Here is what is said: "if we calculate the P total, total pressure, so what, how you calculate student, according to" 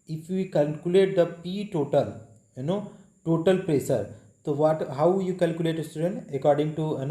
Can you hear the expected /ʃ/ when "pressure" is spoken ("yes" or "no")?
no